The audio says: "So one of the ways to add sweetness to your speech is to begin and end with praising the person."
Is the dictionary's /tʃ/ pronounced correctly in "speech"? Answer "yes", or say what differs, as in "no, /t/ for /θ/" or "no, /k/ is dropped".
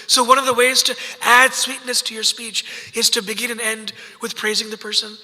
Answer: yes